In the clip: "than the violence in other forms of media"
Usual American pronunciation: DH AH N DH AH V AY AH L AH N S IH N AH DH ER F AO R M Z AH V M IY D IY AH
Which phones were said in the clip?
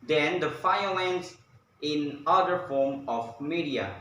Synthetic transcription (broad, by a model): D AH N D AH F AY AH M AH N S IH N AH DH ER F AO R M AH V M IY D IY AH